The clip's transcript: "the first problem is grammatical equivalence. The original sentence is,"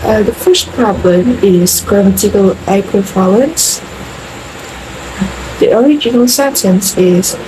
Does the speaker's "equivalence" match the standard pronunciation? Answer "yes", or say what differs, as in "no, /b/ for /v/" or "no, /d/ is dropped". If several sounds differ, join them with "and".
no, /f/ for /v/